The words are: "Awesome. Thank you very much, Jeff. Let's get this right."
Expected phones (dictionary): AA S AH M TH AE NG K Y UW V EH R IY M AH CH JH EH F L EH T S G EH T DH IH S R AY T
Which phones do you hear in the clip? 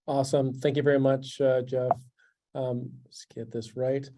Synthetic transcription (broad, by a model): AA S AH M TH AE NG K Y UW V EH R IY M AH CH JH EH F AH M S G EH T DH IH S R AY T